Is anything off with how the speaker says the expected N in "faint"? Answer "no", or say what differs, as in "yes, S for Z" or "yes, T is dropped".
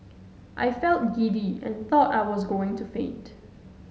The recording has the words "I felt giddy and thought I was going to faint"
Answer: yes, N is dropped